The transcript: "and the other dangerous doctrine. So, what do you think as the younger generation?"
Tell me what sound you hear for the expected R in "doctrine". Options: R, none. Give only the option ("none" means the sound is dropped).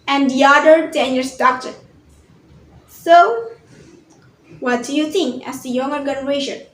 none